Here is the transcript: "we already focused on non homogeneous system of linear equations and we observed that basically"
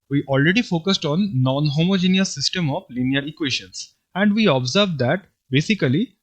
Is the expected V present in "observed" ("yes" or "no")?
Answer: yes